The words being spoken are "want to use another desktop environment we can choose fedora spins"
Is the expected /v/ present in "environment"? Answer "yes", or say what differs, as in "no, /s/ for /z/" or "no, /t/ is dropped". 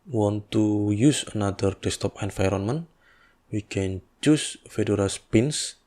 no, /f/ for /v/